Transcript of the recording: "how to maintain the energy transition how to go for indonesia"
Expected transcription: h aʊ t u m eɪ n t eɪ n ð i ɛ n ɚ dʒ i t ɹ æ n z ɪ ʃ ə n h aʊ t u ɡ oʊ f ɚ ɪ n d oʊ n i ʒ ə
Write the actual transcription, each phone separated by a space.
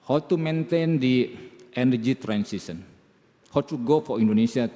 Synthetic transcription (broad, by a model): h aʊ t u m eɪ n t eɪ n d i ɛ n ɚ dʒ i t ɹ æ n s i s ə n h aʊ t u ɡ oʊ f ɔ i n d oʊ n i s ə